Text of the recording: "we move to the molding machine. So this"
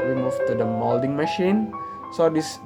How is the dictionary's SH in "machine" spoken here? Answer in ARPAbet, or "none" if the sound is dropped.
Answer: SH